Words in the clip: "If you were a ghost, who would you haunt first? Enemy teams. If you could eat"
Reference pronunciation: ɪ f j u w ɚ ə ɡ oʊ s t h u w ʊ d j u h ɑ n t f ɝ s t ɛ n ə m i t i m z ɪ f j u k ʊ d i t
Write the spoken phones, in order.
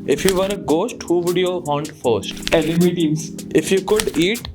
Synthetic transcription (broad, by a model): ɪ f j u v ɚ ə ɡ oʊ s t h u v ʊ d j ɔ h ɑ n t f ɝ s t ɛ l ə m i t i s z ɪ f j u k ʊ d i t